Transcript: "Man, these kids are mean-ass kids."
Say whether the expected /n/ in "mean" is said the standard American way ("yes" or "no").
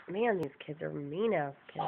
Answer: yes